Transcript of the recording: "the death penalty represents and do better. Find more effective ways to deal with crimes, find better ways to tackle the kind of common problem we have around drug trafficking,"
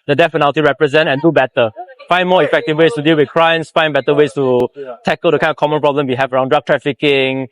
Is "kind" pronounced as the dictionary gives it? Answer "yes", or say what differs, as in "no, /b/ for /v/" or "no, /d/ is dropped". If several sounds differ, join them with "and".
no, /d/ is dropped